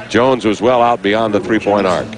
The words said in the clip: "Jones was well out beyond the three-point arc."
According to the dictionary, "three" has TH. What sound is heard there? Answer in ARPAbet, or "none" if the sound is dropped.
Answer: TH